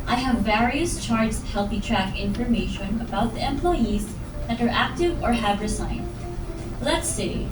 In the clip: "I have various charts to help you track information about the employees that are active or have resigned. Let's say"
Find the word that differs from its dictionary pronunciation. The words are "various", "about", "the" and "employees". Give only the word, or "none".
none